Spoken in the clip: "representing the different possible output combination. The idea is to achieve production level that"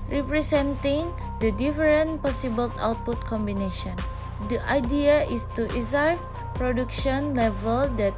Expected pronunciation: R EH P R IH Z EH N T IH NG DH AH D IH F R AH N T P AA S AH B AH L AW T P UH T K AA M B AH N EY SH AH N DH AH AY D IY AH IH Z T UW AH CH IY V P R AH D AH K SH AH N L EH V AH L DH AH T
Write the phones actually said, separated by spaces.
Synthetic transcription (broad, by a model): R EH P R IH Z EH N T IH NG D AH D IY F R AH N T P AA S AH B AH L AW T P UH T K AA M B AH N EY SH AH N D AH AY D IY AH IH S T UW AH S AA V P R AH D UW K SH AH N L EH V AH L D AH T